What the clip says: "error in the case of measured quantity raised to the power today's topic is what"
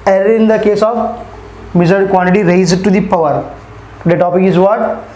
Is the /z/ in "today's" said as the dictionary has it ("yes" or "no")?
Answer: no